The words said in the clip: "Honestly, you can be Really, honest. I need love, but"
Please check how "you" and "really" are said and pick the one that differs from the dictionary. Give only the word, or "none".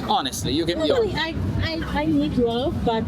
really